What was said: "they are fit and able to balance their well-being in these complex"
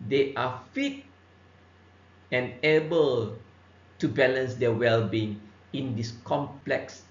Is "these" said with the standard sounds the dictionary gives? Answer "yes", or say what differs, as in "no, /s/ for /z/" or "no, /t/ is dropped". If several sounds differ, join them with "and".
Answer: no, /s/ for /z/